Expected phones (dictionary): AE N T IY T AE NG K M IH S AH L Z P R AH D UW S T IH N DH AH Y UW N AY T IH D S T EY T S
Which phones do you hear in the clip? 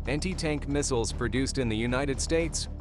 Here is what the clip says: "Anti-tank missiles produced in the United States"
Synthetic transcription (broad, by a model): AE N T IY T AE NG K M IH S L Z P R AH D UW S T IH N DH AH Y UW N AY T IH D S T EY T S